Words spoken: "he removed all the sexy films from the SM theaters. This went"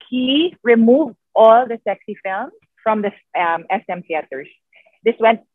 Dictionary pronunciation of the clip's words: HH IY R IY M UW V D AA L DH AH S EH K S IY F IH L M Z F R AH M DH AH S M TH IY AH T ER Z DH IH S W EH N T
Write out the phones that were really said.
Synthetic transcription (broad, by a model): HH IY R IY M UW V D AA L DH AH S EH K S IY F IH L M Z F R AH M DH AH S M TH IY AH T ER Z DH IH S W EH N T